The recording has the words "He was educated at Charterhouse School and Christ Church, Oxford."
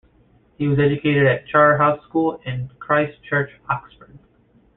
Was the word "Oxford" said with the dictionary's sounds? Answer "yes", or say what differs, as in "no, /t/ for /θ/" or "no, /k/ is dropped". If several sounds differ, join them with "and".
yes